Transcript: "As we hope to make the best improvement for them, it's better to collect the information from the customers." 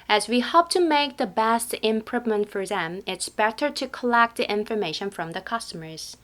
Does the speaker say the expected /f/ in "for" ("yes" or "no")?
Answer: yes